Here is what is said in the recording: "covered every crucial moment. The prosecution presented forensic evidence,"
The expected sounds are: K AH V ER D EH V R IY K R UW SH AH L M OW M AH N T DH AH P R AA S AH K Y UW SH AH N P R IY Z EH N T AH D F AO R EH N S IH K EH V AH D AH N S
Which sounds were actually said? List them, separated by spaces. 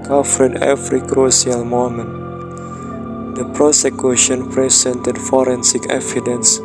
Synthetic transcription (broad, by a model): K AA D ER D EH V R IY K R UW S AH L M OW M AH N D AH P R AA S AH K Y UW SH AH N P R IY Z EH N T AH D F AO R EH N S IH K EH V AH D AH N S